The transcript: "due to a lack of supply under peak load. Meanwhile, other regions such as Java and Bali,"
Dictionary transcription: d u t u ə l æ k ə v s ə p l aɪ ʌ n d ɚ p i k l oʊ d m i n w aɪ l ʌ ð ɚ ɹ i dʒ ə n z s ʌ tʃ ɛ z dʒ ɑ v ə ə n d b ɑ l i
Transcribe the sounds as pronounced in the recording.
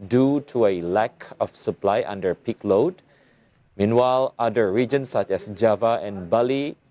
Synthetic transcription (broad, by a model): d u t u ə l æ k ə f s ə p l aɪ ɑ n d ɚ p i k l oʊ d m i n w aɪ l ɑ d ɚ ɹ i dʒ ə n s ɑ tʃ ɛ s dʒ ɑ v ə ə n b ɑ l i